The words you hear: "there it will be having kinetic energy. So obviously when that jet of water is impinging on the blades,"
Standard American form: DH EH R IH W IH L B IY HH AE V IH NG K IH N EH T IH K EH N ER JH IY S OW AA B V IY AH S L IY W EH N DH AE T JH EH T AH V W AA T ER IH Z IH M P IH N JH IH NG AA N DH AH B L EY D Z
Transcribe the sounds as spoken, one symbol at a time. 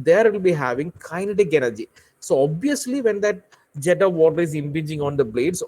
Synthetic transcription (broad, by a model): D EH R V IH L B IY HH AE V IH NG K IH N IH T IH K EH N ER JH IY S OW AA B V IY AH S L IY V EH N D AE T JH EH T AH V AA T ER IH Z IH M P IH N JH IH NG AA N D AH B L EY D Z